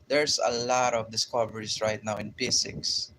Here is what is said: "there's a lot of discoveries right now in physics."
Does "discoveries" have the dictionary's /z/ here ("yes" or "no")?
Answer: no